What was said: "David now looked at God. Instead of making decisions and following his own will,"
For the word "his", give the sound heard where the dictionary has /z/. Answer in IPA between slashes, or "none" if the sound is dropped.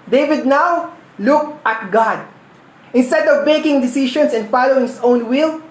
/s/